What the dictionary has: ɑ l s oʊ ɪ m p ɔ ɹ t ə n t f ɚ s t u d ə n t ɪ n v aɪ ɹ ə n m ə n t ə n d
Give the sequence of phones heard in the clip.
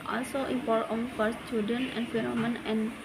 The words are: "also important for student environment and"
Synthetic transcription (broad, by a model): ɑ l s oʊ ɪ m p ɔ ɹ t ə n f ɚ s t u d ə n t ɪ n f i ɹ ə m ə n ə n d